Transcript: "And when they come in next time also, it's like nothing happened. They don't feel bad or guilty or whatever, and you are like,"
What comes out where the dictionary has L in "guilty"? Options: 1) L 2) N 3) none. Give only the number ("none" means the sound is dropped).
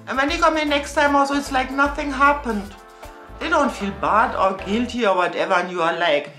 1